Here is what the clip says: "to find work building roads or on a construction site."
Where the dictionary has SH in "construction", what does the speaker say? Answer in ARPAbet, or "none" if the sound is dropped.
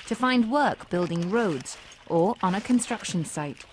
SH